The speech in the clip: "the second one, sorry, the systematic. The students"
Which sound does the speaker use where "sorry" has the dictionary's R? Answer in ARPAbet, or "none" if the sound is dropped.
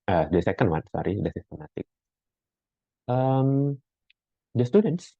R